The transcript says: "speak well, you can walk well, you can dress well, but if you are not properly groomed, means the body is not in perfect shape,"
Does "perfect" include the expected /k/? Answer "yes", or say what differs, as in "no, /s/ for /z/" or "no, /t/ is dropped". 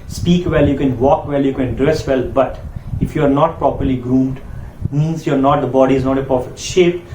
no, /k/ is dropped